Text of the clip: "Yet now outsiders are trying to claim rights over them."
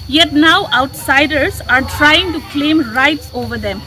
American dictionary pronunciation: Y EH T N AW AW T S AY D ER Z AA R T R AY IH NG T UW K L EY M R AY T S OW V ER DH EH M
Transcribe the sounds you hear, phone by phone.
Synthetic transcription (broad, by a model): Y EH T N AW AW T S AY D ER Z AA R T R AY IH NG T UW K L EY M R AY T S OW V ER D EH M